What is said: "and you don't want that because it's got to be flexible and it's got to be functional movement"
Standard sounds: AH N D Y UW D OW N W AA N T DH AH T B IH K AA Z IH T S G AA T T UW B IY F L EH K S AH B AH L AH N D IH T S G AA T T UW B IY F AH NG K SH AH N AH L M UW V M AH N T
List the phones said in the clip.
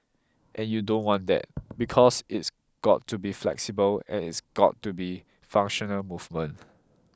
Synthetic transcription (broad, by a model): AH N Y UW D OW N W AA N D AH T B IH K AA S IH T S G AA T T UW B IY F L EH K S AH B AH L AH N IH T S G AA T T UW B IY F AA NG K SH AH N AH L M UW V M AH N